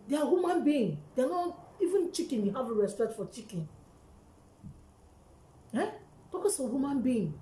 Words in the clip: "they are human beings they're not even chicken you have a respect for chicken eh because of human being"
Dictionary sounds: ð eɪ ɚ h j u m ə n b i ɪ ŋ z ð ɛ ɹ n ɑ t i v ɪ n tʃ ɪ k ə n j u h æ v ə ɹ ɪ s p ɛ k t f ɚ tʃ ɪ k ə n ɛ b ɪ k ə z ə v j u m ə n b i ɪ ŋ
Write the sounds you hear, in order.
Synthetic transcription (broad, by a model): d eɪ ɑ h j u m ə n b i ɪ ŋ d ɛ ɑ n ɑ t i v ɪ n tʃ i k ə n j u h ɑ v ə ɹ ɪ s p ɛ k t f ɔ tʃ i k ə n ɛ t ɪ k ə s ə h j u m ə n b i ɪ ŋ